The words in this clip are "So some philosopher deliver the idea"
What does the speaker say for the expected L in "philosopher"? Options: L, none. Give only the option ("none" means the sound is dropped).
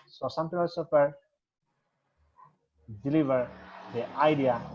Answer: none